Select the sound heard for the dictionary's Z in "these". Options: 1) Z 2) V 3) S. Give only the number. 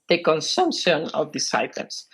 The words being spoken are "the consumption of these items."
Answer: 3